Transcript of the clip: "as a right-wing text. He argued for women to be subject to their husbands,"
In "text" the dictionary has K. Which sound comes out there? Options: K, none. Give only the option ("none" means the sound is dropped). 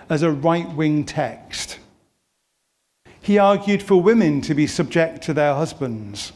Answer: K